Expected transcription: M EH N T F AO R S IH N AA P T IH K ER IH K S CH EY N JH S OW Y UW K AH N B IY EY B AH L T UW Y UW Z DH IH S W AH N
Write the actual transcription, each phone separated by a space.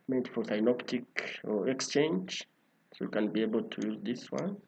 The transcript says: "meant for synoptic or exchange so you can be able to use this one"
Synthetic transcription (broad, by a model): M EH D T F AO R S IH N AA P T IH K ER IH K S CH EY N JH S OW Y UW K AH N B IY EY B AH L T UW Y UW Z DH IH S W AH N